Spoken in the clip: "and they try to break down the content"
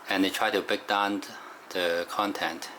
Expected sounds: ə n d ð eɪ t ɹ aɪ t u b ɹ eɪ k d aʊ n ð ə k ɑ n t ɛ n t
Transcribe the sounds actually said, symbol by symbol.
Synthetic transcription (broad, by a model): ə n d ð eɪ t ɹ aɪ t u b eɪ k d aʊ n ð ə k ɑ n t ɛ n t